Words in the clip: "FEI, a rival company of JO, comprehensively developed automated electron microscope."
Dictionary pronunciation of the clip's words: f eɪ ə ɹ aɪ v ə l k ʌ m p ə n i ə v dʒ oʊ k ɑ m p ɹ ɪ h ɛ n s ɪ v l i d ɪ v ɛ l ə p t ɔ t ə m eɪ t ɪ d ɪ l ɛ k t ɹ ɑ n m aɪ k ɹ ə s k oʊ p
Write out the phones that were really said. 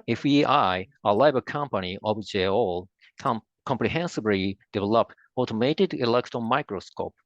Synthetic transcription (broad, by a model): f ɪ ə l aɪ b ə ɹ k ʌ m p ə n i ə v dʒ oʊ k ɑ m p ɹ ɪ h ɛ n s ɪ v l i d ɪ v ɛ l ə p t ɔ t ə m eɪ t ɪ d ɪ l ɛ k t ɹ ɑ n m aɪ k ɹ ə s k oʊ p